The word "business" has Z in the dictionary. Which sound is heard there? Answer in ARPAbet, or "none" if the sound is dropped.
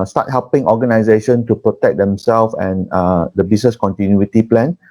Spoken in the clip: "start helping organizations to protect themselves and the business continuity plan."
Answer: S